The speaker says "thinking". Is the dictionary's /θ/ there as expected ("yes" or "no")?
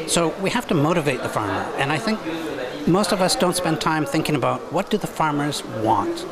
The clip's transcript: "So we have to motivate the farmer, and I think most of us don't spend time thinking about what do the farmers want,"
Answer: yes